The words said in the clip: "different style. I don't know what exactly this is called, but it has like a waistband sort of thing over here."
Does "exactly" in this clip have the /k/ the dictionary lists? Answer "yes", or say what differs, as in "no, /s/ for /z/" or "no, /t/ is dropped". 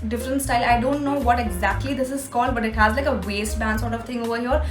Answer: yes